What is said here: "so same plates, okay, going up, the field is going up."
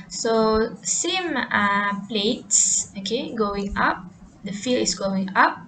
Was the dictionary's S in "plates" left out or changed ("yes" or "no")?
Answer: no